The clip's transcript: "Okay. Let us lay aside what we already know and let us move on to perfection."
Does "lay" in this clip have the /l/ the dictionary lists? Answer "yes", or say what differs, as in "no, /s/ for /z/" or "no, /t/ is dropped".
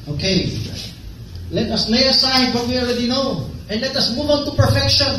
no, /n/ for /l/